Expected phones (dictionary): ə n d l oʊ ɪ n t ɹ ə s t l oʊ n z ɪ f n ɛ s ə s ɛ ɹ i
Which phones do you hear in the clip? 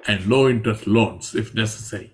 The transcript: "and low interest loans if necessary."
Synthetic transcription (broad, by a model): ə n d l oʊ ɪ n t ə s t l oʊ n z ɪ f n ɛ s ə s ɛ ɹ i